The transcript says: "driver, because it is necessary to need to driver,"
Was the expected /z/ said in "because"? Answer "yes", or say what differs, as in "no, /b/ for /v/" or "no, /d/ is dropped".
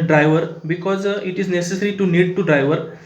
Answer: yes